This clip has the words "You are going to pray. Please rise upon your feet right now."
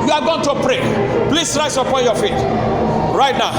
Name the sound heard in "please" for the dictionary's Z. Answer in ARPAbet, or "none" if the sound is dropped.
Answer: S